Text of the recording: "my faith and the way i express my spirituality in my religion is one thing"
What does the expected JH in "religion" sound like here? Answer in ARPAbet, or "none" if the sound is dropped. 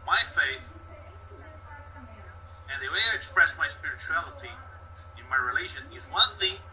ZH